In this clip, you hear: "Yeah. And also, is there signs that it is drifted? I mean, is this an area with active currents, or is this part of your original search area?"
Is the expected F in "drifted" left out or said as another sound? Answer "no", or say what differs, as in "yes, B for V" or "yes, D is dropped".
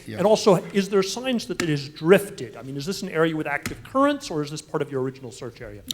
no